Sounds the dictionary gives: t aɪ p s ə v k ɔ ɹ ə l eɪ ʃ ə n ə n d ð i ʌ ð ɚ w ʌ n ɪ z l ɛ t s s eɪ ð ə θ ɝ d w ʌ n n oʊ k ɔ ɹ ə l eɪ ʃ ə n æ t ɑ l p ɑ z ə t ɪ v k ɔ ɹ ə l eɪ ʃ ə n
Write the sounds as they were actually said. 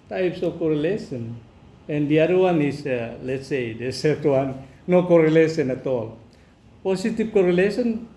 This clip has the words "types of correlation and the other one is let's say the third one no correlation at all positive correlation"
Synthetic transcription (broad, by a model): t aɪ p s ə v k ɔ ɹ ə l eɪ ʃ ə n ə n d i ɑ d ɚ w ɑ n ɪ s l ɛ t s s eɪ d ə s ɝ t w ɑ n n oʊ k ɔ ɹ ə l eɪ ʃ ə n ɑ t ɑ l p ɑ s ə t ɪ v k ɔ ɹ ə l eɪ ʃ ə n